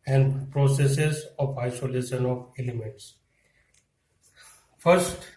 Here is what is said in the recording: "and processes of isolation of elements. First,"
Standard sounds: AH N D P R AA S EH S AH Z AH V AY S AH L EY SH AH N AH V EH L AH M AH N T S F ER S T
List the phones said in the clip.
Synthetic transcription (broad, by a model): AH N D P R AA S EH S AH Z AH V AY S AH L EY SH AH N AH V EH L AH M AH N T S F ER S T